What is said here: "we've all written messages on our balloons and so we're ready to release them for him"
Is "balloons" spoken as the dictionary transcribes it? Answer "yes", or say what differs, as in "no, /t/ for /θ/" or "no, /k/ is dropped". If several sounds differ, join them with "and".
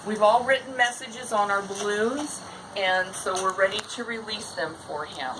no, /n/ is dropped